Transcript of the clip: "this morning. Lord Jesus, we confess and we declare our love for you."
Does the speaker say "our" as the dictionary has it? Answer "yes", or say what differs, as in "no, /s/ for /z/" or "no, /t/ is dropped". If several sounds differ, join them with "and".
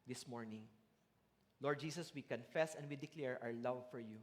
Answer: no, /w/ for /ɹ/